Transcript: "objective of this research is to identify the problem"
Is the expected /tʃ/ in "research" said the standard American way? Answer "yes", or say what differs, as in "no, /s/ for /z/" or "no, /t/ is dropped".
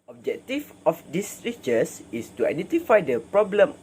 no, /s/ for /tʃ/